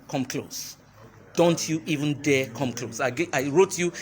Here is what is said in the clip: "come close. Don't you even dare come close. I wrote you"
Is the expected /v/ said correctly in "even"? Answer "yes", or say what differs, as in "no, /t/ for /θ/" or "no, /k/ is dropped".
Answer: yes